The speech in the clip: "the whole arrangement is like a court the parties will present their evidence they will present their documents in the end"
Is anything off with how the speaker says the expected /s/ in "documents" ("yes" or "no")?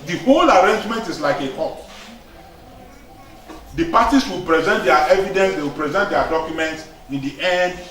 no